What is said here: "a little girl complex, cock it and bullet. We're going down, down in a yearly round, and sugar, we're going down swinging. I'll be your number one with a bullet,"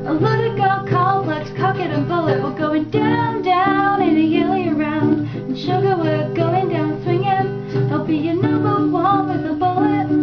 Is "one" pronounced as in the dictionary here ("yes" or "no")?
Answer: no